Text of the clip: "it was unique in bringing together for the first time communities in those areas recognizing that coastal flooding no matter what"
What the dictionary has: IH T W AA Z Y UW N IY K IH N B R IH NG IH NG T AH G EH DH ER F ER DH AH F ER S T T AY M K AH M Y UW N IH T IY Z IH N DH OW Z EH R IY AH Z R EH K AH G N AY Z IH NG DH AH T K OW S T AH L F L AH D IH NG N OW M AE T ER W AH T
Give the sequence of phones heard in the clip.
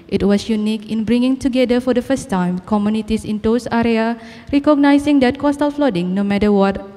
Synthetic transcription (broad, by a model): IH T W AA S Y UW N IY K IH N B R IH NG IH NG T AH G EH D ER F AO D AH F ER S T T AY M K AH M Y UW N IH T IY S IH N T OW S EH R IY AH R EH K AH G N AY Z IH NG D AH T K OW S T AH L F L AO D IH NG N OW M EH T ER W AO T